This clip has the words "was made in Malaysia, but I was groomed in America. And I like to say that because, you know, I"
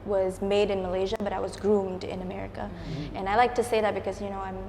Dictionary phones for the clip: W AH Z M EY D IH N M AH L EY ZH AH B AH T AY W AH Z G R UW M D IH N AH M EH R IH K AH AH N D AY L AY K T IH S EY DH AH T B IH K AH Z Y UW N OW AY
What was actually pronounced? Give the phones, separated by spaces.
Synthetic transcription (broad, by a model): W AH Z M EY D IH N M AH L EY ZH AH B AH T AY W AH Z G R UW M D IH N AH M EH R IH K AH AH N AY L AY K T IH S EY DH AH T B IH K AH Z Y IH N OW AY